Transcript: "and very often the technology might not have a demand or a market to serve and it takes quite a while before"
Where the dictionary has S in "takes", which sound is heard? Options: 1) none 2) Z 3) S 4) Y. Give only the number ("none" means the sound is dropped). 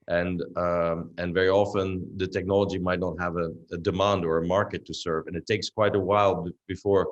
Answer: 3